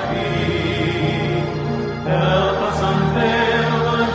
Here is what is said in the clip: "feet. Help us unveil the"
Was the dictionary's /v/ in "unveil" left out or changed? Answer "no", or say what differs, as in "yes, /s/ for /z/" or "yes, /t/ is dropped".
yes, /b/ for /v/